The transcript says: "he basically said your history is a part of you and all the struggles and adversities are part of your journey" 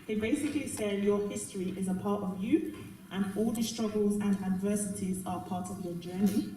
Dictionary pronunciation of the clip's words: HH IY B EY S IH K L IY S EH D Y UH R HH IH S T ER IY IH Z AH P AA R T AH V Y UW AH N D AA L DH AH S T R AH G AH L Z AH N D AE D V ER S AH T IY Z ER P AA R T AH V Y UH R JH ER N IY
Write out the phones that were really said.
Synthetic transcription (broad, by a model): HH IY B EY S IH K L IY S EH D Y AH HH IH S T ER IY IH Z AH P AA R T AH V Y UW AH N AA L DH AH S T R AH G AH L Z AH N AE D V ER S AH T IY Z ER P AA T AH V Y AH JH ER N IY